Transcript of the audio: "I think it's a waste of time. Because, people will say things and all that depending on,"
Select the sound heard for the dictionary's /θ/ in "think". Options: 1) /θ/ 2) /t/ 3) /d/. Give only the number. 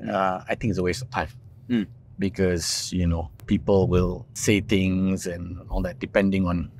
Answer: 2